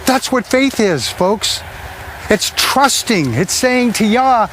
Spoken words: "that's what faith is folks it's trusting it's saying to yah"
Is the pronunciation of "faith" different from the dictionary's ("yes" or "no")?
no